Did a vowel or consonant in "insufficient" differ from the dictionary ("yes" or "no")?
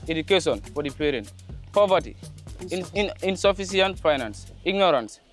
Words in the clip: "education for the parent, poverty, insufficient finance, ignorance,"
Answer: yes